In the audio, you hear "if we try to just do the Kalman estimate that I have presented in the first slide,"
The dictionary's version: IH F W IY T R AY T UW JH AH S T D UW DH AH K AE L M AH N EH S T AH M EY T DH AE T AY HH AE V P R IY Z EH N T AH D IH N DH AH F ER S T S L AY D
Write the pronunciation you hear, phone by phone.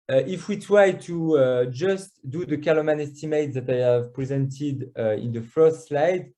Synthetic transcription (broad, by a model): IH F W IY T R AY T UW JH AH S T D UW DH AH K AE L M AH N EH S T AH M EY T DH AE T AY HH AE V P R IY Z EH N T AH D IH N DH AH F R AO S L AY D